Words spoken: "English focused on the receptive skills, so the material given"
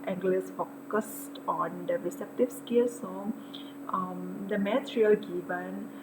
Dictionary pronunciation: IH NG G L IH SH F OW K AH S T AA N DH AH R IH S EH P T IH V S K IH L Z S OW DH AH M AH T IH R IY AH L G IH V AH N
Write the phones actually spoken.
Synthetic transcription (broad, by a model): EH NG G L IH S F OW K AH S T AA N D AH R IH S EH P T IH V S K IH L S OW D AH M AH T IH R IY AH L G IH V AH N